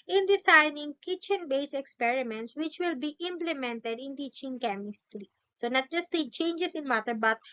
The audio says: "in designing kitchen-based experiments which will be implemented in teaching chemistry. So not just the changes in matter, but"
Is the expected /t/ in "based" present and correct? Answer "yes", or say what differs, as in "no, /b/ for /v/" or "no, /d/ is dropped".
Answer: no, /t/ is dropped